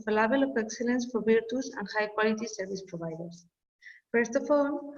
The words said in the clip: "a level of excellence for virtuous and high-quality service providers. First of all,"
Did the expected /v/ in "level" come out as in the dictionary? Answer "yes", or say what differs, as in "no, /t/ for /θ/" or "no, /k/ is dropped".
no, /b/ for /v/